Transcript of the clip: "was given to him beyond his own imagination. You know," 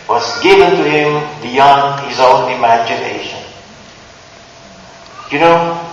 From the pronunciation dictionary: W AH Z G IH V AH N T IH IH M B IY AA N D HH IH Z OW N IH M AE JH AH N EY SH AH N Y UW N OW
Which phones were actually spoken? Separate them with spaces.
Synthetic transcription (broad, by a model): W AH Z G IH V AH N T IH IH M B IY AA N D HH IH Z OW N IH M AE JH AH N EY SH AH N Y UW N OW